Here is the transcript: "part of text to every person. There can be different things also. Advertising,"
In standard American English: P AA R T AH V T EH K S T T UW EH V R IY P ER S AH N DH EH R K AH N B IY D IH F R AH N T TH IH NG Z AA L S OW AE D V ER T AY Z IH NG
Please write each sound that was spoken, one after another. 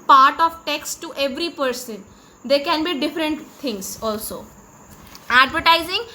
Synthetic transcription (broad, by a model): P AA R T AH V T EH K S T T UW EH V R IY P ER S AH N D EH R K AH N B IY D IH F R AH N T T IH NG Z AA L S OW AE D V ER T AY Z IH NG